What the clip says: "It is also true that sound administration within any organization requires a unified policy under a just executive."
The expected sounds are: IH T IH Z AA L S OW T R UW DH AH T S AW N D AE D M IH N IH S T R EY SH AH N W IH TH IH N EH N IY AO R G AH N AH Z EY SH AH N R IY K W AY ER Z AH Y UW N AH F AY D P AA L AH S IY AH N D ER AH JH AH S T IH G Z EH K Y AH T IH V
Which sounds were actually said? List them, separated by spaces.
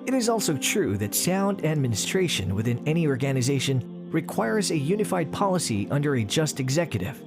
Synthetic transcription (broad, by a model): IH T IH Z AA L S OW T R UW DH AH T S AW N D AE D M IH N IH S T R EY SH AH N W IH TH IH N EH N IY AO R G AH N AH Z EY SH AH N R IY K W AY ER Z AH Y UW N AH F AY D P AA L AH S IY AH N D ER AH JH AH S T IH G Z EH K Y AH T IH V